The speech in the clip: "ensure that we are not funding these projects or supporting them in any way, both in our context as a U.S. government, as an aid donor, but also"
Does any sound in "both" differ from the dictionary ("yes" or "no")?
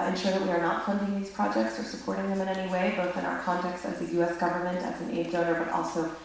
no